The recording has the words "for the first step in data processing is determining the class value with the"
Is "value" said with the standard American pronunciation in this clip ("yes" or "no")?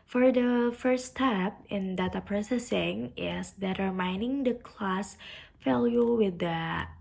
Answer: no